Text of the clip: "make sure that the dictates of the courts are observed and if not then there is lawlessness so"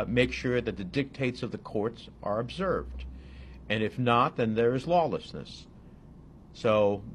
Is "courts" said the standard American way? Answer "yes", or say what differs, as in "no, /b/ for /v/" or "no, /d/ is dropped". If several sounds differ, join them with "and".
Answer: yes